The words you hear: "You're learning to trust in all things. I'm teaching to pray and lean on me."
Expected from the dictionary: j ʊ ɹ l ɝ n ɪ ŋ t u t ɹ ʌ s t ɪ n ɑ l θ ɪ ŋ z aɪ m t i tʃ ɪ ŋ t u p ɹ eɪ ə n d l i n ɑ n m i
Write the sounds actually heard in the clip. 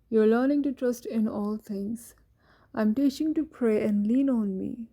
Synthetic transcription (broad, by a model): j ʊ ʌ l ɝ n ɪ ŋ t u t ɹ ʌ s t ɪ n ɑ l t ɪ ŋ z aɪ m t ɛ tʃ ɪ ŋ t u p ɹ eɪ ə n d l i n ɑ n m i